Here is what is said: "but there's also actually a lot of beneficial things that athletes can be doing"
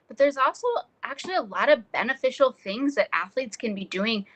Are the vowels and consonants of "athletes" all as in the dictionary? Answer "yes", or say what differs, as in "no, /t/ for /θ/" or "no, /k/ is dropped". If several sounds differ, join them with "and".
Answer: yes